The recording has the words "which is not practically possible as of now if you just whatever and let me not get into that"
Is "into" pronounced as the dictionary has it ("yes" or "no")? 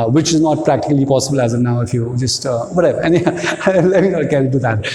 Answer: no